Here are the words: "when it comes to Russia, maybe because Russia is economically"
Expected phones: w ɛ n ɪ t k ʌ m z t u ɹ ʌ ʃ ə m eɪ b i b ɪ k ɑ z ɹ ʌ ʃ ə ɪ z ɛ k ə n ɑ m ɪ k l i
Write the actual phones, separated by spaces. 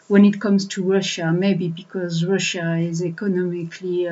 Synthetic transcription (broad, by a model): w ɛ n ɪ t k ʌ m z t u ɹ ʌ ʃ ə m eɪ b i b ɪ k ɑ z ɹ ʌ ʃ ə ɪ z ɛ k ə n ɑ m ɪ k l i